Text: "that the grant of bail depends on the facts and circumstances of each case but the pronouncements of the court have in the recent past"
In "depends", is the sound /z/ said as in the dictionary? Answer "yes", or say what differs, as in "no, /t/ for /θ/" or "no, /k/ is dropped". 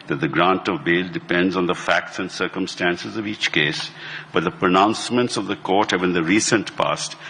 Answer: yes